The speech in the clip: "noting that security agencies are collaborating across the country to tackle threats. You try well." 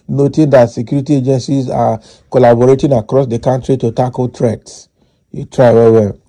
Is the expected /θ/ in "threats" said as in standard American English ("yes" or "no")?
no